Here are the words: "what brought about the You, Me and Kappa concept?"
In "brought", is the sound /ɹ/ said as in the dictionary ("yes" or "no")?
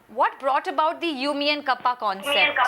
yes